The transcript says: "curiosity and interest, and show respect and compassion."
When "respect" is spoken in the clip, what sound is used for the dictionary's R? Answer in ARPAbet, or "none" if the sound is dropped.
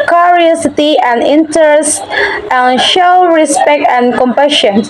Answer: R